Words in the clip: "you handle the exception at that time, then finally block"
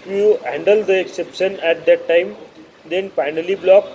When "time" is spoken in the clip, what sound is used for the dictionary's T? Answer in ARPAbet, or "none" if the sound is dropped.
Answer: T